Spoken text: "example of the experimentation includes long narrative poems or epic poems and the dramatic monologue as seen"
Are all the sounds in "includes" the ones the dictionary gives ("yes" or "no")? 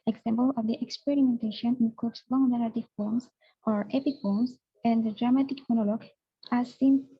no